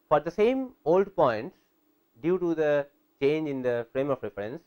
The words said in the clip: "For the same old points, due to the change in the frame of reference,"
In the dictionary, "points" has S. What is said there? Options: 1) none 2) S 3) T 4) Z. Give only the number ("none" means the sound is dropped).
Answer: 1